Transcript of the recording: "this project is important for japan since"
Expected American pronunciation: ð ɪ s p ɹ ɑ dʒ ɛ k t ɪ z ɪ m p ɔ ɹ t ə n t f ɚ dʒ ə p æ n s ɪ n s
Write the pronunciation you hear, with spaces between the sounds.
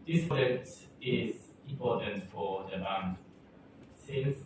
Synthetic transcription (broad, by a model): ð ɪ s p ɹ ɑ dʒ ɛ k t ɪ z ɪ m p ɔ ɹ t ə n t f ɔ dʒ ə b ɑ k s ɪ n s